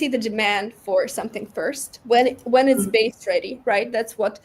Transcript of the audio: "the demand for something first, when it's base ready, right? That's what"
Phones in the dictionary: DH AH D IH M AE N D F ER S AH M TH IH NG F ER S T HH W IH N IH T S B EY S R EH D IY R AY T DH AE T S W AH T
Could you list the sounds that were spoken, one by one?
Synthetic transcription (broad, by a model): DH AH D IH M AE N D F ER S AH M TH IH NG F ER S T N W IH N IH T S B EY S R EH D IY R AY T DH AE T S W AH T